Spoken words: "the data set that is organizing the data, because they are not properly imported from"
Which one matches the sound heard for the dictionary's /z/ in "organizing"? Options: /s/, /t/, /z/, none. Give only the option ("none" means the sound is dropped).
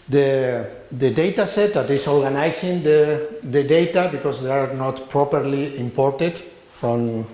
/s/